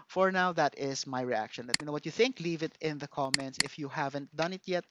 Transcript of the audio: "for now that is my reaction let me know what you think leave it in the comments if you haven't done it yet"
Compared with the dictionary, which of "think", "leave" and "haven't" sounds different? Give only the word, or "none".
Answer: none